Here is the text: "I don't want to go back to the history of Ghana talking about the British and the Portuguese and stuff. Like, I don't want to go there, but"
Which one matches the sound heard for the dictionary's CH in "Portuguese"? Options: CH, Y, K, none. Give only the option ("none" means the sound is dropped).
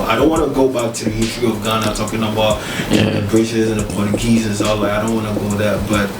none